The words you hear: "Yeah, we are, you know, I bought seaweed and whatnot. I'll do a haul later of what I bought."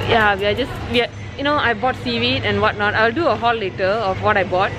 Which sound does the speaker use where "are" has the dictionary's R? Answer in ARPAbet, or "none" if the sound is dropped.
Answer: W